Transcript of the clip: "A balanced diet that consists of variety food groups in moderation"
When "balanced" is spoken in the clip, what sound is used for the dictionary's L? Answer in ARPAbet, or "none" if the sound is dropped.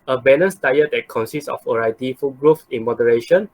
N